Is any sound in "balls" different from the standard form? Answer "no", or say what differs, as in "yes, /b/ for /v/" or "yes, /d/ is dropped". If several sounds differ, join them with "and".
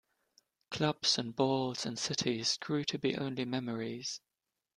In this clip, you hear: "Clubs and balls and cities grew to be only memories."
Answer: no